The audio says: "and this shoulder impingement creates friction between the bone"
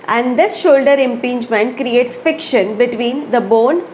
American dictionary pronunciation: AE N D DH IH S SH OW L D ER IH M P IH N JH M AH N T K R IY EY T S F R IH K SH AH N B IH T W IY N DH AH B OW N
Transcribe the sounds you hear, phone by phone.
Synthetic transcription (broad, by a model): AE N D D IH S SH OW L D ER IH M P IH N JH M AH N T K R IY EY T S F IH K SH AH N B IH T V IY N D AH B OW N